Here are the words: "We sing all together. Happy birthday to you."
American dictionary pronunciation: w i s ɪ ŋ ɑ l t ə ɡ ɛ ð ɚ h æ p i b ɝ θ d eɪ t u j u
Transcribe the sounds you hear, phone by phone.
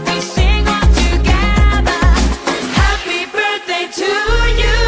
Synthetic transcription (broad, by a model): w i s ɪ ŋ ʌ n t ə ɡ ɛ ð ɚ h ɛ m i b ɝ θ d eɪ t u j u